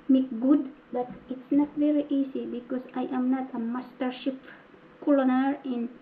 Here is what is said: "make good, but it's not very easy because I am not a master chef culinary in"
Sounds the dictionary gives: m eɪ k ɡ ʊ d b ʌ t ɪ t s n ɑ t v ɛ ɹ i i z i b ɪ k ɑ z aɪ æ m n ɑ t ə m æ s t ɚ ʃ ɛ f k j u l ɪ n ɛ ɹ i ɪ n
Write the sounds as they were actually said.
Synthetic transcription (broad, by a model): m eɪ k ɡ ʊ d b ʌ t ɪ t s n ɑ t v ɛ ɹ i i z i b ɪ k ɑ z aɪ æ m n ɑ t ə m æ s t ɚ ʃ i p k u l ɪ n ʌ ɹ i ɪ n